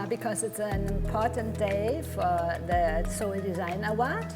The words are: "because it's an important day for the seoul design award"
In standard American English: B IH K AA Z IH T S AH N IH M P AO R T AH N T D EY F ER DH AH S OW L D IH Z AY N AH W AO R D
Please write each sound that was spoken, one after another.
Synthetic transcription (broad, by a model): B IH K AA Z IH T S AH N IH M P AO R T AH N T D EY F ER DH AH S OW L D IH Z AY N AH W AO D